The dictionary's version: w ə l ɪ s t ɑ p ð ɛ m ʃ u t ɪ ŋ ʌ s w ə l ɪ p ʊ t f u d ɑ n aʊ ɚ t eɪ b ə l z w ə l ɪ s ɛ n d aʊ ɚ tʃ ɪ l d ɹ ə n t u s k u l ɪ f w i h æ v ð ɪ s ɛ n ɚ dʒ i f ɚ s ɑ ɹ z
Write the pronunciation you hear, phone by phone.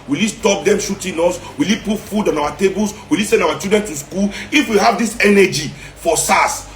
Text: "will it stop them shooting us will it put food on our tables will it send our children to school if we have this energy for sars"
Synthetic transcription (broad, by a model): w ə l ɪ s t ɑ p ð ɛ m ʃ u t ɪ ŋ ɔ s w ə l ɪ p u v f u d ɑ n aʊ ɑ t eɪ b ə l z w ə l ɪ s ɛ n d aʊ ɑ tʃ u d ɹ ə n t u s k u l ɪ f w i h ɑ v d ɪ s ɛ n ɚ dʒ i f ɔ s ɑ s